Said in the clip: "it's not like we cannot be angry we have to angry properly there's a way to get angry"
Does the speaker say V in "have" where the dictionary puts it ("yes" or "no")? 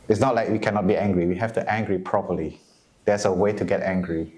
no